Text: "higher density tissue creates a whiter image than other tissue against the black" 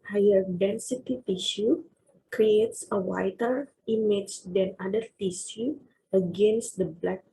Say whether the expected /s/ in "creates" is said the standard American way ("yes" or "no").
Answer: yes